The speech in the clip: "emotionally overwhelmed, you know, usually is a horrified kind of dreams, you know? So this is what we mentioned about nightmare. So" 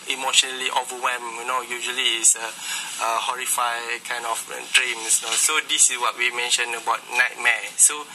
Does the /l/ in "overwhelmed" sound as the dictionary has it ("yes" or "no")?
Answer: no